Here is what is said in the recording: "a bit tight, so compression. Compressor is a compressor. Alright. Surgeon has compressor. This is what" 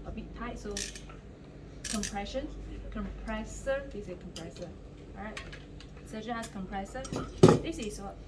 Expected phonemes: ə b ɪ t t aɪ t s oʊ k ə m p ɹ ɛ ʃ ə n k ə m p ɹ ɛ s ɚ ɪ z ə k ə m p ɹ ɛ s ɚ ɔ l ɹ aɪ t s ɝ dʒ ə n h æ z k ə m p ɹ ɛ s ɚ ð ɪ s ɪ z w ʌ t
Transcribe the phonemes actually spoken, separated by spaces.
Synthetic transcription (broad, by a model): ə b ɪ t t aɪ t s oʊ k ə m p ɹ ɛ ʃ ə n k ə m p ɹ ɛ s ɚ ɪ s ə k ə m p ɹ ɛ s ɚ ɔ ɹ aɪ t s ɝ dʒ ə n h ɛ s k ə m p ɹ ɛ s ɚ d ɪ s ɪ s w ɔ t